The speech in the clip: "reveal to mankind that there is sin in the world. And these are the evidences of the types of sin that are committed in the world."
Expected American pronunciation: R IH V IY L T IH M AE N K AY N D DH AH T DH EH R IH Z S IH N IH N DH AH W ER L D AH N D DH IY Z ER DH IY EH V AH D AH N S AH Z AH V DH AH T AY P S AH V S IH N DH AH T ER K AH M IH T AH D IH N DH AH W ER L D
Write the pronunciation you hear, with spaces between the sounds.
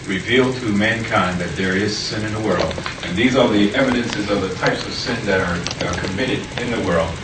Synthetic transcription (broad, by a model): R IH V IY L T IH M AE N K AY N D DH AH T DH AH R IH Z S IH N IH N DH AH W ER L D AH N DH IY Z ER DH IY EH V AH D AH N S AH Z AH V DH AH T AY P S AH V S IH N DH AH T ER K AH M IH T AH D IH N DH AH W ER L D